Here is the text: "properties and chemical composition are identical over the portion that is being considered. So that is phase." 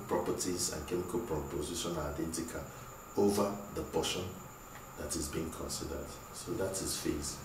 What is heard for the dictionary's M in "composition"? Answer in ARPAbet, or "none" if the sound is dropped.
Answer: none